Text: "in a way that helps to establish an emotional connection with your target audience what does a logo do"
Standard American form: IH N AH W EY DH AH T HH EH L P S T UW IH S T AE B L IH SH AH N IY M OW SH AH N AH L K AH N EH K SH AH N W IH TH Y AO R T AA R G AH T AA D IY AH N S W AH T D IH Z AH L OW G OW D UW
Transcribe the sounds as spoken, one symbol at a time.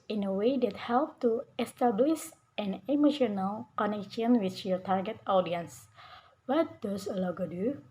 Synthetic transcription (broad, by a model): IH N AH W EY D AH T HH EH L P T UW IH S T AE B L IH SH AH N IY M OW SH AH N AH L K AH N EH K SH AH N W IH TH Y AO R T AA R G AH T AA D IY AH N S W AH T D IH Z AH L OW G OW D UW